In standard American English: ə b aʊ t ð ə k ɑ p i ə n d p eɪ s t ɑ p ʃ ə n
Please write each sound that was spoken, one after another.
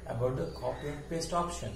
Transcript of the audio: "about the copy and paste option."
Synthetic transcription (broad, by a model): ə b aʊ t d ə k ɑ p i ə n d p eɪ s t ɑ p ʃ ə n